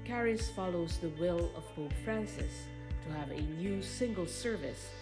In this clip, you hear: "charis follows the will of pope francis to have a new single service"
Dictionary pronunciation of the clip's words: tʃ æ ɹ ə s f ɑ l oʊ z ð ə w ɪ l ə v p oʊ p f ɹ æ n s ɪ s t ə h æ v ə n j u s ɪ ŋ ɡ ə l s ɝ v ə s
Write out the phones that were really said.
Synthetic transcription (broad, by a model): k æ ɹ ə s f ɑ l oʊ z ð ə w ɪ l ə v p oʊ f ɹ æ n s ɪ s t ə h v ə n j u s ɪ ŋ ɡ ə l s ɝ v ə s